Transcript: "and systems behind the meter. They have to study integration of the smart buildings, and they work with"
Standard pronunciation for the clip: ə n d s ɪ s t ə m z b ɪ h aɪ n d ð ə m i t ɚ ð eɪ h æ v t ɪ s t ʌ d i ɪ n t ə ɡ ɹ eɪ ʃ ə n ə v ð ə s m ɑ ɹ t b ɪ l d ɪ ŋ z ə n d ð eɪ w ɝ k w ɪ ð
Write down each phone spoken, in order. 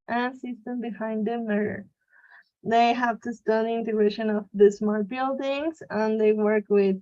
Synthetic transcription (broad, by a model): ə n s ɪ s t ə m b ɪ h aɪ n d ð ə m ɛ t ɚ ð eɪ h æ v t ɪ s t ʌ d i ɪ n t ə ɡ ɹ eɪ ʃ ə n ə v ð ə s m ɑ ɹ t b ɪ l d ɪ ŋ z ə n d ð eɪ w ɝ k w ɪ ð